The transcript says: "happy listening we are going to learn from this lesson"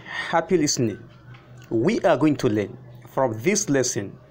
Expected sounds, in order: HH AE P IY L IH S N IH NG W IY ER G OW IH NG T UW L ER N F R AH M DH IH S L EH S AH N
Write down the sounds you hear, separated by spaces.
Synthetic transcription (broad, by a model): HH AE P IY L IH S N IH NG W IY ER G OW IH NG T UW L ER N F R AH M DH IH S L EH S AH N